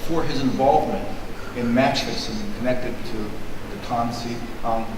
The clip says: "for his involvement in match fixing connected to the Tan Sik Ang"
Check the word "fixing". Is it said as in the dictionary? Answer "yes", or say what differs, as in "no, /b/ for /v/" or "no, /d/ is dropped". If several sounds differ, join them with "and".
no, /k/ is dropped